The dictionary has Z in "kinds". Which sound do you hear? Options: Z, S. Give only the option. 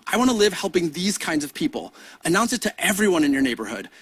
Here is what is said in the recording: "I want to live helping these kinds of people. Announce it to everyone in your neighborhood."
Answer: Z